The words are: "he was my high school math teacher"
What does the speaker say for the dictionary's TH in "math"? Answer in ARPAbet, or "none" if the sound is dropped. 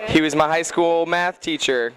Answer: TH